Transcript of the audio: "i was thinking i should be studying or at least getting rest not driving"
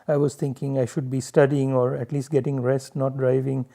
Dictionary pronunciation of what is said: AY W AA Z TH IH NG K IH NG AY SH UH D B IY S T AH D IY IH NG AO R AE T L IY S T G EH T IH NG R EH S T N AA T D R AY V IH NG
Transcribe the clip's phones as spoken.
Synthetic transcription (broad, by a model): AY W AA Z T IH NG K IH NG AY SH UH D B IY S T AH D IY IH NG AO R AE T L IY S T G EH T IH NG R EH S T N AA T D R AY V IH NG